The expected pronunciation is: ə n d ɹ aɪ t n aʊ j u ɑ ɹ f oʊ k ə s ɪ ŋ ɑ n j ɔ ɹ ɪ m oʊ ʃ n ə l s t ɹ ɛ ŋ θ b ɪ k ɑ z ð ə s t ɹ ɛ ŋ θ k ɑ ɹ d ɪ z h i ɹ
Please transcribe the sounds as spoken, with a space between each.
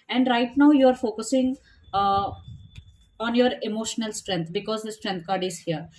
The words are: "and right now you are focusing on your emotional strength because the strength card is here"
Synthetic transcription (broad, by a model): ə n d ɹ aɪ t n aʊ j u ɑ ɹ f oʊ k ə s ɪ ŋ ɑ n j ɔ ɹ ɪ m oʊ ʃ n ə l s t ɹ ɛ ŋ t b ɪ k ɑ z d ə s t ɹ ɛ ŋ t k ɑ ɹ d ɪ z h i ɹ